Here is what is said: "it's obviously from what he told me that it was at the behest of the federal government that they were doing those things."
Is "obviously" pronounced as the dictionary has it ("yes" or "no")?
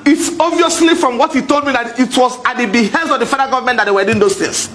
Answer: no